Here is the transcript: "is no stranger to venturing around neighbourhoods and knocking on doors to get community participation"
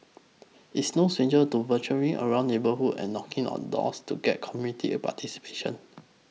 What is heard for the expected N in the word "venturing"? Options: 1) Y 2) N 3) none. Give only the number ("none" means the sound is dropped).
3